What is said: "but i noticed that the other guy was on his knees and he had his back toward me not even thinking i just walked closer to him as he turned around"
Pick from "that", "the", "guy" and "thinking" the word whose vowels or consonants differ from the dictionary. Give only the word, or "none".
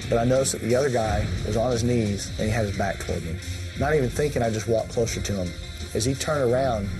none